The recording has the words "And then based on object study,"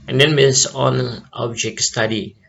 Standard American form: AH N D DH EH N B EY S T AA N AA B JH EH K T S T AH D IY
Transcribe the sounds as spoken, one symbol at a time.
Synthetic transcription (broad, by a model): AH N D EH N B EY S AA N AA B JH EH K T S T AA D IY